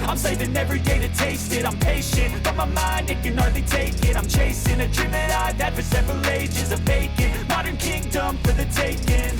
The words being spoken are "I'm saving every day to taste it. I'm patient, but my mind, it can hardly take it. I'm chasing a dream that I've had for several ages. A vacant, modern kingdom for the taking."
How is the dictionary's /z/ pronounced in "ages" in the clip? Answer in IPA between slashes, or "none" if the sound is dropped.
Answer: /z/